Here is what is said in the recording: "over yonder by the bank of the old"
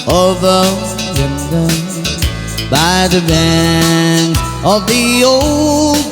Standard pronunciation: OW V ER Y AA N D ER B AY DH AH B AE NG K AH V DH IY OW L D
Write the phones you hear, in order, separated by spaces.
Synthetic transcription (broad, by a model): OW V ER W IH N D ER B AY DH AH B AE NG AH V DH IY OW L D